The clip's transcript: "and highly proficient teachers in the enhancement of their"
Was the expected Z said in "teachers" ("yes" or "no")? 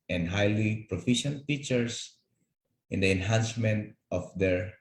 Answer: no